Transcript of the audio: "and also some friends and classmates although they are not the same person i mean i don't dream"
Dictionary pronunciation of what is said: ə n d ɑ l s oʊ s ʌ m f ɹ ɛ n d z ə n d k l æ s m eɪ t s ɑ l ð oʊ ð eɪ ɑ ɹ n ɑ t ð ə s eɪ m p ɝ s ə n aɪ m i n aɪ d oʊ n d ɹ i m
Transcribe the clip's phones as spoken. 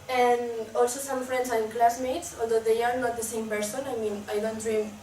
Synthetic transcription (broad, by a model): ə n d ɑ l s oʊ s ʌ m f ɹ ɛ n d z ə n k l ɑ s m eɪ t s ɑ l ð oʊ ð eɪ ɑ ɹ n ɑ t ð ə s eɪ m p ɝ s ə n aɪ m i n aɪ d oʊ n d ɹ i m